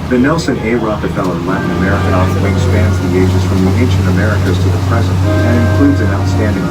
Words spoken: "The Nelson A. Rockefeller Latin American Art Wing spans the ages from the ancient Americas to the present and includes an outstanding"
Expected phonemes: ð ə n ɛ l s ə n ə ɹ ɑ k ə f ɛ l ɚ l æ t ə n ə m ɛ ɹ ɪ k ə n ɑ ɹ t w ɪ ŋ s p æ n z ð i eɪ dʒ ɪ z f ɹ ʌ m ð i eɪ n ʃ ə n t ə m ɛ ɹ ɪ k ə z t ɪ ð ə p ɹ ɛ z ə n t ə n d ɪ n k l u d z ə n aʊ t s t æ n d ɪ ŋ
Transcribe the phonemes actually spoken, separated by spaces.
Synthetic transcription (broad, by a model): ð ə n ɛ l s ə n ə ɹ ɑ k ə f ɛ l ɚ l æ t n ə m ɛ ɹ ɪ k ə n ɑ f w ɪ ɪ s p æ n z ð i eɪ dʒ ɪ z f ɹ ʌ m ð i eɪ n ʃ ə n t ə m ɛ ɹ ɪ k ə z t ɪ ð ə p ɹ ɛ z ə n t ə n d ɪ n k l u d z ə n aʊ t s t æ n d ɪ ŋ